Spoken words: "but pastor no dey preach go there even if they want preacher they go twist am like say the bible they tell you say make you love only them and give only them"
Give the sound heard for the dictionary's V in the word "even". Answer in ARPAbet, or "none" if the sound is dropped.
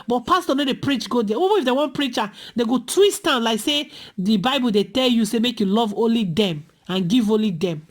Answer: B